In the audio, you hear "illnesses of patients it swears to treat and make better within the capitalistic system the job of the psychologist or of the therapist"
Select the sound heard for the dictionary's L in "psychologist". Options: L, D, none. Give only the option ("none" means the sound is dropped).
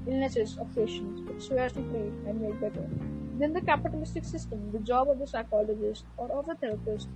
L